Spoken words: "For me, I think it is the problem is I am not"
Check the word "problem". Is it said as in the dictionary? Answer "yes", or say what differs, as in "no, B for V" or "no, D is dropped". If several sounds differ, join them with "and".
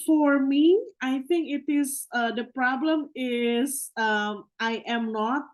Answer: yes